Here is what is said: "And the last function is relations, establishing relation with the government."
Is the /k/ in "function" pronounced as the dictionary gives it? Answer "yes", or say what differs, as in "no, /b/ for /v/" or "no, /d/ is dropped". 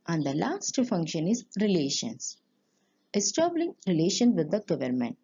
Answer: yes